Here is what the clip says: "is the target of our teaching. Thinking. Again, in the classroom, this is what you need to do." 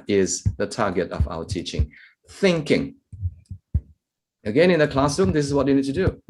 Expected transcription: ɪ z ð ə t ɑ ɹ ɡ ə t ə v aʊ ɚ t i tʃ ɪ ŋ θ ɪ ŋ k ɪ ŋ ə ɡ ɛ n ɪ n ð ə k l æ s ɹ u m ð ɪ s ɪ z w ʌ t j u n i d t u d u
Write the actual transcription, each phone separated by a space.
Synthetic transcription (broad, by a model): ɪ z ð ə t ɑ ɡ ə t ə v aʊ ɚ t i tʃ ɪ ŋ θ ɪ ŋ k ɪ ŋ ə ɡ ɛ n ɪ n ð ə k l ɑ s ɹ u m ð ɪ s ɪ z w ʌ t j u n i d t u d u